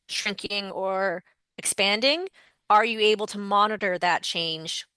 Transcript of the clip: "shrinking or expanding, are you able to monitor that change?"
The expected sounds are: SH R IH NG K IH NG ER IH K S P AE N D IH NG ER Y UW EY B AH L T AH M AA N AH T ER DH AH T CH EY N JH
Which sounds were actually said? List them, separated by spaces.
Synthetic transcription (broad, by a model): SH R IH NG K IH NG ER IH K S P AE N D IH NG ER Y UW EY B L T AH M AA N AH T ER DH AH T CH EY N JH